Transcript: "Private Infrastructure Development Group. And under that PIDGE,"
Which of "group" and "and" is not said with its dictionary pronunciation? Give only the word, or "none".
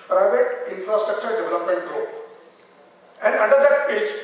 group